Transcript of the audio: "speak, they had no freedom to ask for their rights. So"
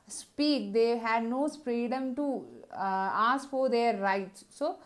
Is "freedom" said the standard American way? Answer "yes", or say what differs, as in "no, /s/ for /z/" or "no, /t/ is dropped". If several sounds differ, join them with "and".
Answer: no, /p/ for /f/